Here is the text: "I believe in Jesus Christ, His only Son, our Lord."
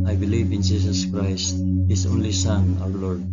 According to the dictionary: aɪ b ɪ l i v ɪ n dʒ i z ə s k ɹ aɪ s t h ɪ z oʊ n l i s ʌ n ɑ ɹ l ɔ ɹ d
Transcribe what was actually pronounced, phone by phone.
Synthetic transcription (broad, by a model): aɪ b ɪ l i v ɪ n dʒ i s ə s k ɹ aɪ s t h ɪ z oʊ n l i s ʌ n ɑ w l ɔ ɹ d